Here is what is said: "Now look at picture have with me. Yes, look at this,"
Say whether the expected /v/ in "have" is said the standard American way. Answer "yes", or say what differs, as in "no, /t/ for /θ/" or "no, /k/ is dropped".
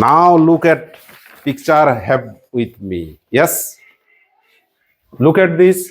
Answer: no, /b/ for /v/